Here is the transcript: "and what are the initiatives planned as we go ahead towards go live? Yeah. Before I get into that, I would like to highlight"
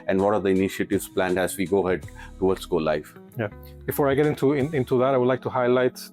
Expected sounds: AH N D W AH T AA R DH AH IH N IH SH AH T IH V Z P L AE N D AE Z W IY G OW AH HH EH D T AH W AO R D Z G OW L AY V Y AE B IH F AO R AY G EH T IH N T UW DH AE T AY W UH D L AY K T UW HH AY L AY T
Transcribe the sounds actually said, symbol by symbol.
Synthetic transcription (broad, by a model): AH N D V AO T AA R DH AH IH N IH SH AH T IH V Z P L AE N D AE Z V IY G OW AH HH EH D T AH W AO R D S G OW L AY F Y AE B IH F AO R AY G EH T IH N T UW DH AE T AY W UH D L AY K T UW HH AY L AY T